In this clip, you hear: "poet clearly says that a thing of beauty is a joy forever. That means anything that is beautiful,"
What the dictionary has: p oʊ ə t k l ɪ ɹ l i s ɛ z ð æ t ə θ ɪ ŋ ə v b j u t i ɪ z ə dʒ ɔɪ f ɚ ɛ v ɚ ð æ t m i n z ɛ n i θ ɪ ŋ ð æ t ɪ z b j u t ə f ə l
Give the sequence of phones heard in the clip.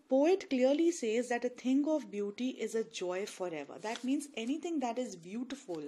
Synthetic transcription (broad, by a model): p oʊ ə t k l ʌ ɹ l i s ɛ z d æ t ə t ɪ ŋ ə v b j u t i ɪ z ə dʒ ɔɪ f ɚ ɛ v ɚ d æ t m i n z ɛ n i t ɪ ŋ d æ t ɪ z b j u t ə f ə l